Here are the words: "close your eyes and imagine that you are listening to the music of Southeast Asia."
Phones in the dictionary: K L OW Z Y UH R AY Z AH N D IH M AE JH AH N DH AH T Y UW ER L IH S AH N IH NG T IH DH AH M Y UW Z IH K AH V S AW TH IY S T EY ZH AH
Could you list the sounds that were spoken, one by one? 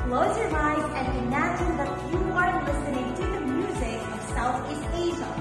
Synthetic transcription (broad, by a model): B L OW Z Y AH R AY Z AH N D IH M AE JH AH N DH AH T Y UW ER L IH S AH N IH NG T IH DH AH M Y UW Z IH K AH V S AW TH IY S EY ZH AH